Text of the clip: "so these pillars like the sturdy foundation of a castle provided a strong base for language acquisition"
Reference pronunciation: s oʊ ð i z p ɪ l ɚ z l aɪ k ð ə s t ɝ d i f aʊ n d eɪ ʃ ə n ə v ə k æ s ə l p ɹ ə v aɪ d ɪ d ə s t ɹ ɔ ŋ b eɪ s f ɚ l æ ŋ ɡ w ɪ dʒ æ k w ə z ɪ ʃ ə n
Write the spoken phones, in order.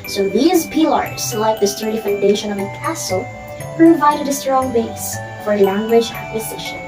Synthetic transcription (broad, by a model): s oʊ ð i z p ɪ l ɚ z l aɪ k ð ə s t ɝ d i f aʊ n d eɪ ʃ ə n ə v ə k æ s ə l p ɹ ə v aɪ d ɪ d ə s t ɹ ɔ ŋ b eɪ s f ɚ l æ ŋ ɡ w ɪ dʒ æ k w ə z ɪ ʃ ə n